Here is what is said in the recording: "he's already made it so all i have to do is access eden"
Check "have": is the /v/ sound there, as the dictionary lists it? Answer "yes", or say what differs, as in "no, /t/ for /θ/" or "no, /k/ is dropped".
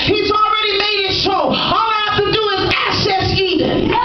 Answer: no, /f/ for /v/